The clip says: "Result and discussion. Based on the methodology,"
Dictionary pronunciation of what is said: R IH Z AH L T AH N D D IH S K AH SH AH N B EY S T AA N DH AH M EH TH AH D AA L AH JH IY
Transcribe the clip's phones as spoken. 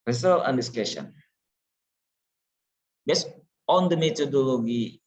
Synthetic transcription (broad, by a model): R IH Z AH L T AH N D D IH S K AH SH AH N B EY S AA N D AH M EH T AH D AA L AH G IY